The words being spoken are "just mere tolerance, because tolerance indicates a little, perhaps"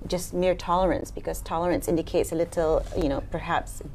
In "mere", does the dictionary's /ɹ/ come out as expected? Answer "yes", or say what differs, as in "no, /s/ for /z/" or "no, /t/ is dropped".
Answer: yes